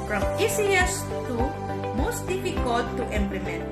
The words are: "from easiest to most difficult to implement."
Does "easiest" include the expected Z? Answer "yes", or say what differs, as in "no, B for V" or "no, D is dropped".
no, S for Z